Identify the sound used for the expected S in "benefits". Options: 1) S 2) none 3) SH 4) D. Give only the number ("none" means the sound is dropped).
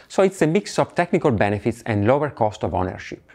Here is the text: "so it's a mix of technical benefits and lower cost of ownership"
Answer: 1